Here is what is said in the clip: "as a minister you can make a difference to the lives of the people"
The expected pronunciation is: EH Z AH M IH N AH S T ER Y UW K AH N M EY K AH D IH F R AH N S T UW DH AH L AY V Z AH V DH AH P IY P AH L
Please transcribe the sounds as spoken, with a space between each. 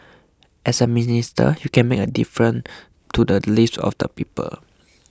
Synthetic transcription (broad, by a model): EH S AH M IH N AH S T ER Y UW K AH N M EY K AH D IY F R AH N T UW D AH L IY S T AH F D AH P IY P AH L